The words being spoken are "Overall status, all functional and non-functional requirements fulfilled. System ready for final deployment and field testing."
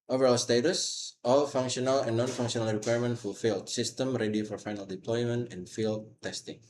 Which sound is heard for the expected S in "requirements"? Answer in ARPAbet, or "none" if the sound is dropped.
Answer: none